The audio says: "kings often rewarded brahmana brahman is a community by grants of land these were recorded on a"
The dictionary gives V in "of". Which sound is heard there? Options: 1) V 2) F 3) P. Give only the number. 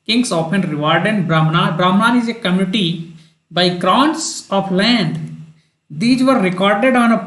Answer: 3